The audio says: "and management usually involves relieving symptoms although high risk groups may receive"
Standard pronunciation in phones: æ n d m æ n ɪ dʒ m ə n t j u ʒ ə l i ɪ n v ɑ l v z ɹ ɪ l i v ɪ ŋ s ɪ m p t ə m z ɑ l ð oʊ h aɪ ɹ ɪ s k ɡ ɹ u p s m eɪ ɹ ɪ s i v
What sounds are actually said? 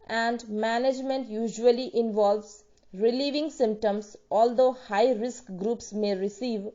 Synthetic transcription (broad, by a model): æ n d m æ n ɪ dʒ m ə n t j u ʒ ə l i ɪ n v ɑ l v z ɹ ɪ l i v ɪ ŋ s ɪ m p t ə m s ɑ l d oʊ h aɪ ɹ ɪ s k ɡ ɹ u p s m eɪ ɹ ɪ s i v